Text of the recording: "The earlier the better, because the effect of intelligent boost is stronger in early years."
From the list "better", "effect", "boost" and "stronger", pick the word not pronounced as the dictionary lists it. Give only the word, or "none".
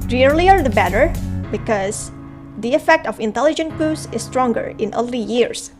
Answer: boost